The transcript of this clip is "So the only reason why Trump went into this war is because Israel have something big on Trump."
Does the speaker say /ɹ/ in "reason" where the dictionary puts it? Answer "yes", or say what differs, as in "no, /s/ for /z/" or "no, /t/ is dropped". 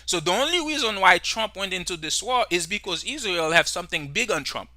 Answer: yes